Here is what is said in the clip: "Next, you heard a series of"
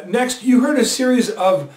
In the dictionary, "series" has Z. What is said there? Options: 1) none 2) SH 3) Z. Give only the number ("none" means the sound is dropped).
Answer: 3